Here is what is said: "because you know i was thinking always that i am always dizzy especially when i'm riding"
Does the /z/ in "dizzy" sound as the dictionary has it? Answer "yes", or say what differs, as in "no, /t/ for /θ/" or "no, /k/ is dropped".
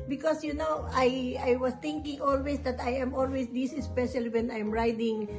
no, /s/ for /z/